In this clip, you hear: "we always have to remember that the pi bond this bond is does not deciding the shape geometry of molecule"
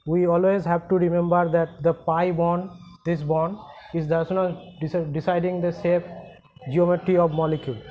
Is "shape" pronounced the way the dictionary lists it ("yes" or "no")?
no